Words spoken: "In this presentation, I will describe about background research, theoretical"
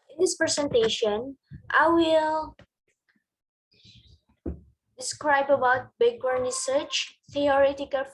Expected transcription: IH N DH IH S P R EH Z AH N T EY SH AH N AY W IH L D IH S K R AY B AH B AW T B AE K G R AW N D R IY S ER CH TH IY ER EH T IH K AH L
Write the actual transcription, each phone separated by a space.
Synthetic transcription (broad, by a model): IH N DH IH S P R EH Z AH N T EY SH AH N AY W IH L D IH S K R AY B AH B AW T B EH G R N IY S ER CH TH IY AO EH T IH K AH L